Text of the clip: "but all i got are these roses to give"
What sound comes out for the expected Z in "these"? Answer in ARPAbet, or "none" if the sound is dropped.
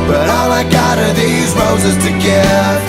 Z